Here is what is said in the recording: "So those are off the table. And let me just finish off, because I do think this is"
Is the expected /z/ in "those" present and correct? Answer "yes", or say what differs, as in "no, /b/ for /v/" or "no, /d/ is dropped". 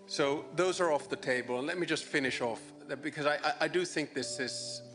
yes